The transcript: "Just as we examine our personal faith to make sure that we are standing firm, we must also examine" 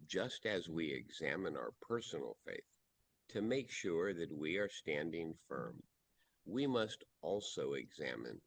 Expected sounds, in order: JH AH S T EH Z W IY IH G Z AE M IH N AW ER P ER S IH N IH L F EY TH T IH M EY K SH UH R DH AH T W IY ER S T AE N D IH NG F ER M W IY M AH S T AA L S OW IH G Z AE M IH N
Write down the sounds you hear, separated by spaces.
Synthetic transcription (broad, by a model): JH AH S T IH Z W IY IH G Z AE M IH N AW ER P ER S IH N L F EY TH T IH M EY K SH UH R DH AH T W IY ER S T AE N D IH NG F ER M W IY M AH S T AA L S OW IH G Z AE M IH N